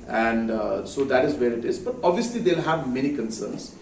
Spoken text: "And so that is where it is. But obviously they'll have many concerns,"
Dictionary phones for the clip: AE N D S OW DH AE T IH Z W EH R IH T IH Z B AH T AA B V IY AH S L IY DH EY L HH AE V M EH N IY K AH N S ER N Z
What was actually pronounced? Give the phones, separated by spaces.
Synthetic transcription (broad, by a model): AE N D S OW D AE T IH Z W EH R IH T IH Z B AH T AA B V IY AH S L IY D EY L HH AE V M EH N IY K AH N S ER N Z